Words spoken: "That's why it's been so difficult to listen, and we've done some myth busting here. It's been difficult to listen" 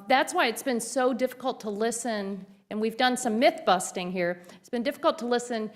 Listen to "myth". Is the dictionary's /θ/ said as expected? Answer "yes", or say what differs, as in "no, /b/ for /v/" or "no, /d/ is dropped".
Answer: yes